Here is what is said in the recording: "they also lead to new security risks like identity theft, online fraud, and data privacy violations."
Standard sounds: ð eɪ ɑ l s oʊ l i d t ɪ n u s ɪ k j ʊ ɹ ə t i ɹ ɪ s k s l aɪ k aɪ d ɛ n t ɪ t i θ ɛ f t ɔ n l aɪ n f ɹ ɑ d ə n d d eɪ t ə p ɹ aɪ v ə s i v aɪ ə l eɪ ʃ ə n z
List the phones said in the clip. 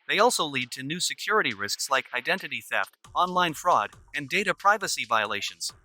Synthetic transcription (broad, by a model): ð eɪ ɑ l s oʊ l i d t ɪ n u s ɪ k j ʊ ɹ ə t i ɹ ɪ s k s l aɪ k aɪ d ɛ n t ɪ t i θ ɛ f t ɔ n l aɪ n f ɹ ɑ d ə n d d eɪ t ə p ɹ aɪ v ə s i v aɪ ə l eɪ ʃ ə n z